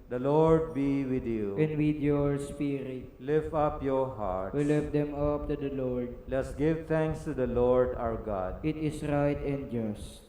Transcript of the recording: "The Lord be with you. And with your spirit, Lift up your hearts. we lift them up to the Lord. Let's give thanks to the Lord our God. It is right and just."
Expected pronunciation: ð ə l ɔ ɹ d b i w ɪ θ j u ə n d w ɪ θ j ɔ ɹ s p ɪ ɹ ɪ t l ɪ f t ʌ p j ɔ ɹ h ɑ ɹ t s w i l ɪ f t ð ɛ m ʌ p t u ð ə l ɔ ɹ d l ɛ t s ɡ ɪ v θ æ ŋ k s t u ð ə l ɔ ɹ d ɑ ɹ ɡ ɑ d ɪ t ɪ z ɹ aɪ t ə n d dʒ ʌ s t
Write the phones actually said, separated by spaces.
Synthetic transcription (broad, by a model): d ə l ɔ ɹ d b i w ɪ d j u ə n d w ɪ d j ɔ ɹ s p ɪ ɹ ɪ t l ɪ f ʌ p j ɔ ɹ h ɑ ɹ t w i l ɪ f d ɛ m ʌ p t u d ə l ɔ ɹ d l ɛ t s ɡ ɪ v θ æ ŋ k s t u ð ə l ɔ ɹ d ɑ w ɡ ɑ d ɪ t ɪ s ɹ aɪ t ə n d dʒ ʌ s t